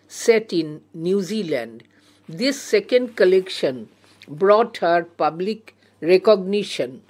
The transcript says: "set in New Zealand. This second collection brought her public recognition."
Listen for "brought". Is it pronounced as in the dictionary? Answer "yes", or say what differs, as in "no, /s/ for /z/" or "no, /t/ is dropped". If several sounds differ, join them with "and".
yes